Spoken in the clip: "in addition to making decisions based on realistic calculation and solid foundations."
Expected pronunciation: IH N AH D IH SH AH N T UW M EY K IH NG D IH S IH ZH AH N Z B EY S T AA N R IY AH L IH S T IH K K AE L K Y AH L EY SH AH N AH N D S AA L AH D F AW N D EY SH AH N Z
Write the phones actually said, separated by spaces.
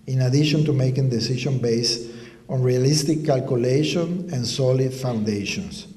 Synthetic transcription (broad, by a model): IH N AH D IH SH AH N T UW M EY K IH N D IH S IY SH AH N B EY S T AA N R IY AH L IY S T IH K K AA L K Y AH L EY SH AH N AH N S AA L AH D F AW N D EY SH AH N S